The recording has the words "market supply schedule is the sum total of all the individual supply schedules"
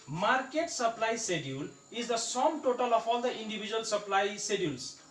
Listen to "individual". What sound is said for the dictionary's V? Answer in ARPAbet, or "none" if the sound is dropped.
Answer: B